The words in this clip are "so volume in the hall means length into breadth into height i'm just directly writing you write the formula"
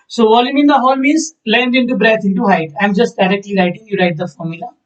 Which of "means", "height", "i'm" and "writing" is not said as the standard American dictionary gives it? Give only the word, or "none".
means